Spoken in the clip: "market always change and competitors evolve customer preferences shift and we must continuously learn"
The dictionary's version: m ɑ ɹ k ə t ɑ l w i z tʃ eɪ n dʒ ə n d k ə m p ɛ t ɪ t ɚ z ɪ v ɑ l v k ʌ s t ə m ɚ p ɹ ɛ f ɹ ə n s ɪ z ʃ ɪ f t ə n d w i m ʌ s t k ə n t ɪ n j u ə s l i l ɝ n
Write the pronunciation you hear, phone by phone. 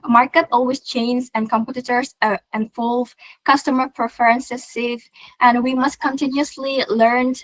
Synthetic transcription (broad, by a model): m ɑ ɹ k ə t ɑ l w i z tʃ eɪ n z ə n k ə m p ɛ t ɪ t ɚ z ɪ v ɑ l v k ʌ s t ə m ɚ p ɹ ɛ f ɹ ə n s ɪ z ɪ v t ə n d w i m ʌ s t k ə n t ɪ n j u ə s l i l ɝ n